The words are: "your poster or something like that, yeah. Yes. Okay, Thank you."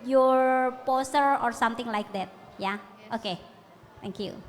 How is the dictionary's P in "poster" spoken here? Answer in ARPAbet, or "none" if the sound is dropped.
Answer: P